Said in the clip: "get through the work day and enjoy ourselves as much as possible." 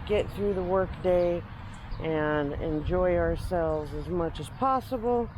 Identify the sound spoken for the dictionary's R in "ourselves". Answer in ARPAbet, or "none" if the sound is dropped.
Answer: R